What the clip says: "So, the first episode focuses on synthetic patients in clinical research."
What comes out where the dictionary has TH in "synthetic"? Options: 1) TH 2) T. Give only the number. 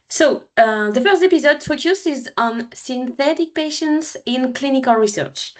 1